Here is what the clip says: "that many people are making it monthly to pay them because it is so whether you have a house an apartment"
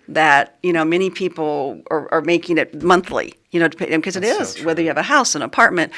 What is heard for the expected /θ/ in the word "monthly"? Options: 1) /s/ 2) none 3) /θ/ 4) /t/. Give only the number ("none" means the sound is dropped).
3